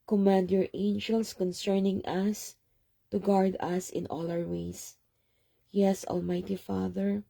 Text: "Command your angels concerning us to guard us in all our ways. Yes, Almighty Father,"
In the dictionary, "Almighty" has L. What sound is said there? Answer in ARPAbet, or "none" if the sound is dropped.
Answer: L